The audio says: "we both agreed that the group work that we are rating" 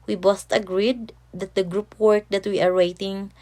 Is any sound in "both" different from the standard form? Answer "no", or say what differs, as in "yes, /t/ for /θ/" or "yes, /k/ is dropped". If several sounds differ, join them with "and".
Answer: yes, /t/ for /θ/